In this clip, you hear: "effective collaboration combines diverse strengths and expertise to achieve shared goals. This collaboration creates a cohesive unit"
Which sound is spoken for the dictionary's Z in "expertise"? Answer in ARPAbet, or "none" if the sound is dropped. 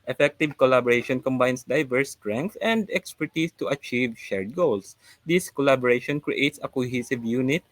S